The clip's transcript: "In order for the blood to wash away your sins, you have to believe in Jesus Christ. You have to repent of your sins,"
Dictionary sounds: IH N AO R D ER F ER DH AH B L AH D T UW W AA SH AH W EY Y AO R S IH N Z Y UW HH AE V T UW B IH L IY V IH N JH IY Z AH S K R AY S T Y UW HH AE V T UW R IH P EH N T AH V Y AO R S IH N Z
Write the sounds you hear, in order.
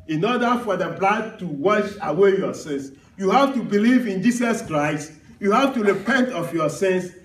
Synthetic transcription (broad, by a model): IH N AO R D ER F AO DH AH B L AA D T UW W AA SH AH W EY Y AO S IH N S Y UW HH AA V T UW B IH L IY V IH N JH IY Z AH S K R AY S T Y UW HH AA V T UW R IH P EH N T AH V Y AO S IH N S